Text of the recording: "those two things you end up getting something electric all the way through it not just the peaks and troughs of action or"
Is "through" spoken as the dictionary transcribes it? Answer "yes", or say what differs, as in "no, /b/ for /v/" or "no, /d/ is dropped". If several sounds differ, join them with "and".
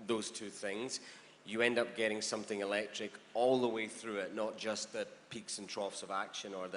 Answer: yes